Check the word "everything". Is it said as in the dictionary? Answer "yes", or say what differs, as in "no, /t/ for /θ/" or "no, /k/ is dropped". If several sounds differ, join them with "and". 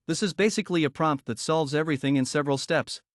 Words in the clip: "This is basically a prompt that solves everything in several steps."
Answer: yes